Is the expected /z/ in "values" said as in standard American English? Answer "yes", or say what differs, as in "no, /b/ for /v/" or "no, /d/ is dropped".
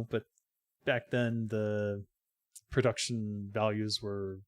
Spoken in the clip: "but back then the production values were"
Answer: yes